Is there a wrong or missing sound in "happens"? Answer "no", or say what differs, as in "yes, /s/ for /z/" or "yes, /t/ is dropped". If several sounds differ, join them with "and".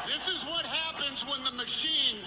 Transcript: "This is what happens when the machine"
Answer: no